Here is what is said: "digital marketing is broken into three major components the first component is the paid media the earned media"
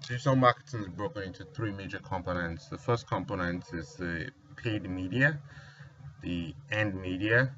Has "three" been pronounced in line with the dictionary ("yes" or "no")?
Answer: yes